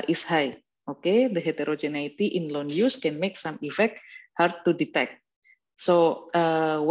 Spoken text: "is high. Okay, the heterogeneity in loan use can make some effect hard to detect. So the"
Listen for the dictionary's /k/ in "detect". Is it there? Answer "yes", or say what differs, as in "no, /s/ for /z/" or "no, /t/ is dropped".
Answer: yes